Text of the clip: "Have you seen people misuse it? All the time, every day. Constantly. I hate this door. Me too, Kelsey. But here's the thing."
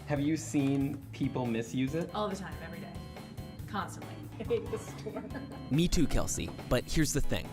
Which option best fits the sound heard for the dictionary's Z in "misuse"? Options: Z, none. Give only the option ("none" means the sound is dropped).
Z